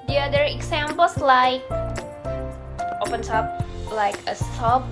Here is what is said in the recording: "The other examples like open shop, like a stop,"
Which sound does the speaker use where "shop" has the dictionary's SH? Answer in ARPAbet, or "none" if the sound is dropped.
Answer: S